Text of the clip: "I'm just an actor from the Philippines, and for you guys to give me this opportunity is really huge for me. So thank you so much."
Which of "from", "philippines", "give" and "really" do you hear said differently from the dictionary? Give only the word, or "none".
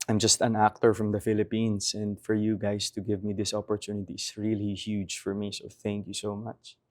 philippines